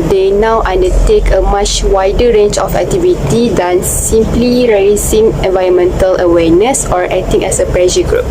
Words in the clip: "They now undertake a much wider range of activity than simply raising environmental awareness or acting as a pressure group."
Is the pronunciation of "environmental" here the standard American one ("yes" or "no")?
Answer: yes